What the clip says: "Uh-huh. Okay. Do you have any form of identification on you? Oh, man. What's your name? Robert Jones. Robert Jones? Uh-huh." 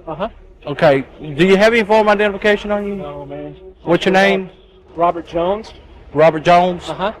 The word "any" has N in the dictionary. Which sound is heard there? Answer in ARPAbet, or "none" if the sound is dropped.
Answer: none